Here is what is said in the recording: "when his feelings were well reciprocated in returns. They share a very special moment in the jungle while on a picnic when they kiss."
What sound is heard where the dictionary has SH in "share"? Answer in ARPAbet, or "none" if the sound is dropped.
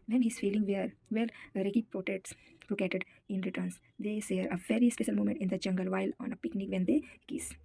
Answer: S